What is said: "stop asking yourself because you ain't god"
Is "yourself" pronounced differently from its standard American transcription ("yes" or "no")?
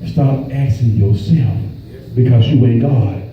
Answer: no